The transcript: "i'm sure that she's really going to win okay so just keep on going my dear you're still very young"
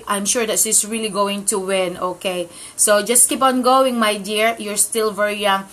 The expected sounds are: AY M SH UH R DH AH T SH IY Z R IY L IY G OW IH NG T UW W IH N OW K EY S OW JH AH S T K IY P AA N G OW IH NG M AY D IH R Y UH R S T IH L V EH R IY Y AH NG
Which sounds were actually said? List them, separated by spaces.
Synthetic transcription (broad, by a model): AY M SH UH R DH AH T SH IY S R IY L IY G OW IH NG T UW W IH N OW K EY S OW JH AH S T K IY P AA N G OW IH NG M AY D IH R Y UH R S T IH L V EH R IY Y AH NG